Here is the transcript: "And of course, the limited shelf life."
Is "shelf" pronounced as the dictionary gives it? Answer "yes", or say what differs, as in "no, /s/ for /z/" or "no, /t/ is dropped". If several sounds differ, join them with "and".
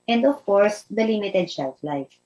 no, /s/ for /ʃ/